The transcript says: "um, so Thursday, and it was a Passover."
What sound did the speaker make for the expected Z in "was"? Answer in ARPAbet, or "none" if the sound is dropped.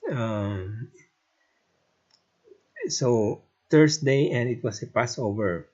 S